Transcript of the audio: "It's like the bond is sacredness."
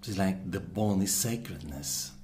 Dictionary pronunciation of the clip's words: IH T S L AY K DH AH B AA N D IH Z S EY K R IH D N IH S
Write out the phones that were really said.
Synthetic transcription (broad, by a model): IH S L AY K DH AH B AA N IH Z S EY K R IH D N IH S